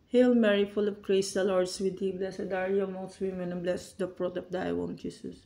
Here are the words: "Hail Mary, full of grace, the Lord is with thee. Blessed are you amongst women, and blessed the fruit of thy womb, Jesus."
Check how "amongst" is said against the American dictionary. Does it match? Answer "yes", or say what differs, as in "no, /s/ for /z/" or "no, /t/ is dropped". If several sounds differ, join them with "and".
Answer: no, /ŋ/ is dropped